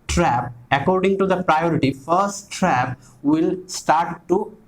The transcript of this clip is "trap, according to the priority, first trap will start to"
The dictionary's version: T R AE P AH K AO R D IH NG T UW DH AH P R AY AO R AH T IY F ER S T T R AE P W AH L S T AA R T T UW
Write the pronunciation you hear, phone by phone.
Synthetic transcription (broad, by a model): T R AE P AH K AO R D IH NG T UW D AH P R AY AO R AH T IY F ER S T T R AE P W AH L S T AA R T T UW